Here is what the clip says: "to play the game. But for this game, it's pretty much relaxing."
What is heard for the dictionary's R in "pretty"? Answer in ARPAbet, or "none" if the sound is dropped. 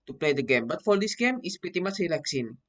none